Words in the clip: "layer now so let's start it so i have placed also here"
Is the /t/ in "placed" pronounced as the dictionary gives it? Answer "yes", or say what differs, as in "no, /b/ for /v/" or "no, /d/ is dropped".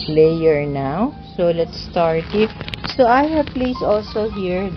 no, /t/ is dropped